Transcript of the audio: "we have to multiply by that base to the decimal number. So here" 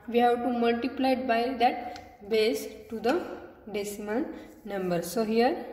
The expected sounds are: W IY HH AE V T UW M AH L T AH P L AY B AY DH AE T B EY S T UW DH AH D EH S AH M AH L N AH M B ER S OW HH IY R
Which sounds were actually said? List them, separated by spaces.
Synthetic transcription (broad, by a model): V IY HH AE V T UW M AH L T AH P L AY B AY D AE T B EY S T UW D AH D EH S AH M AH N N AH M B ER S OW HH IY R